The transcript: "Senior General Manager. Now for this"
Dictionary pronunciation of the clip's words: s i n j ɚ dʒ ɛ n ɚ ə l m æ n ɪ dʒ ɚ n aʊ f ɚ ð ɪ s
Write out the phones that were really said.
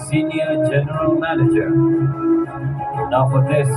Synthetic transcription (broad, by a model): s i n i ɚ dʒ ɛ n ɚ ə l m æ n ɪ dʒ ɚ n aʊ p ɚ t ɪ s